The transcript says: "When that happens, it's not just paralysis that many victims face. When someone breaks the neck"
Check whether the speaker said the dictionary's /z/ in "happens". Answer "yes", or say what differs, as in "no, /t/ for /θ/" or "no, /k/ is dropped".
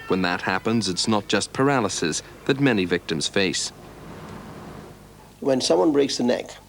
yes